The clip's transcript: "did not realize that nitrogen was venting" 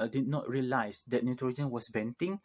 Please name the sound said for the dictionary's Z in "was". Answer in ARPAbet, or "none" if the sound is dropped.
S